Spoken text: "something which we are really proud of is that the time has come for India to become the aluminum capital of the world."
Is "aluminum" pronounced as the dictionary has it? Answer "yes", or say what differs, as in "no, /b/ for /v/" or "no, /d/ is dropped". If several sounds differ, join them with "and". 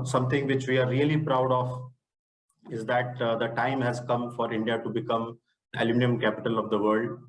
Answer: no, /n/ is dropped